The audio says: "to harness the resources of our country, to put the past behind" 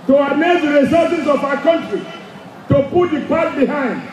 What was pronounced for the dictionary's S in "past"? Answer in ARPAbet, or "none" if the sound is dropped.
none